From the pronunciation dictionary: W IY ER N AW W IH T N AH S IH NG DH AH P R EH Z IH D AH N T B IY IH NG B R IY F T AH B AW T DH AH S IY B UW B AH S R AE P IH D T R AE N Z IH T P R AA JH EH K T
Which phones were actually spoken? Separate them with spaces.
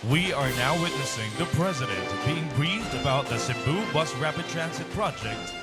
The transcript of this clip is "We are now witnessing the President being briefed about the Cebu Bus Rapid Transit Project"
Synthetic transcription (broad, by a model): W IY ER N AW W IH T N AH S IH NG DH AH P R EH Z IH D AH N T B IY IH NG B R IY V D AH B AW T DH AH S IY B UW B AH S R AE P IH D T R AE N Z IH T P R AA JH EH K T